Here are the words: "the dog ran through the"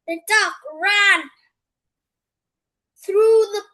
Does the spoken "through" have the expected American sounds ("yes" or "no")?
yes